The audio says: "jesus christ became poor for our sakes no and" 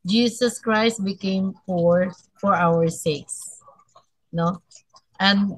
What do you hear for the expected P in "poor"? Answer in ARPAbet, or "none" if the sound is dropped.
F